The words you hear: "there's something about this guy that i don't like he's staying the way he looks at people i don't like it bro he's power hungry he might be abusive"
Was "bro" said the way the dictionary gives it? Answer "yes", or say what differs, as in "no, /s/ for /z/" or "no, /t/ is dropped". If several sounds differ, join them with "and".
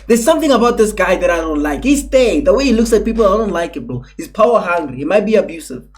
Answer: no, /ɹ/ is dropped